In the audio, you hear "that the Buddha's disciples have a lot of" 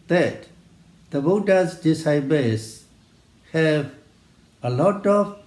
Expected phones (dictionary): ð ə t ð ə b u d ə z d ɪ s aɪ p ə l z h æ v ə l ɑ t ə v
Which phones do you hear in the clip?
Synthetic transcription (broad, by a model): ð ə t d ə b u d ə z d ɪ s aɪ b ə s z h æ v ə l ɑ t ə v